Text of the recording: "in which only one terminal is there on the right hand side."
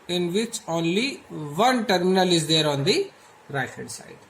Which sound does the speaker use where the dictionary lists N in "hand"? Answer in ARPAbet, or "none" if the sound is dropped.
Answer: none